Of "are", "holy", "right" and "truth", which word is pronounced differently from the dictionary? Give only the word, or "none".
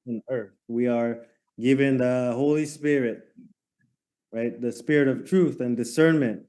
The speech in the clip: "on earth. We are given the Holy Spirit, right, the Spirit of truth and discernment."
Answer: none